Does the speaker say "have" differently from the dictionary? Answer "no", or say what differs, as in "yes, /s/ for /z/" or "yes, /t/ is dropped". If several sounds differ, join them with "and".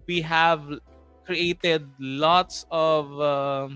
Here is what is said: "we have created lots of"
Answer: no